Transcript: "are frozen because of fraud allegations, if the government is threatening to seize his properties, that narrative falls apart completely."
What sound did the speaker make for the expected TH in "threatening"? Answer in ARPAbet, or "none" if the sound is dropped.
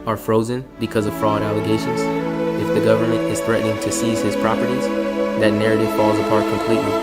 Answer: TH